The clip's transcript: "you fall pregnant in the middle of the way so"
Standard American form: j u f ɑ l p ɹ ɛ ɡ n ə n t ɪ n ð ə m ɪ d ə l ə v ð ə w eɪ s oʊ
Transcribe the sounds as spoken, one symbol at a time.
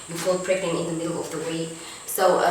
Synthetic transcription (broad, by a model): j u f ɑ l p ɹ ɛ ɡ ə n ɪ n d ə m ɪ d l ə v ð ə w eɪ s oʊ